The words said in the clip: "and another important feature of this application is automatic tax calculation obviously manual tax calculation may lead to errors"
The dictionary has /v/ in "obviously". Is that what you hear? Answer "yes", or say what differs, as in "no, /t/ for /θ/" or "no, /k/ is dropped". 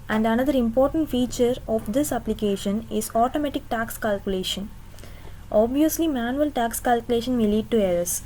yes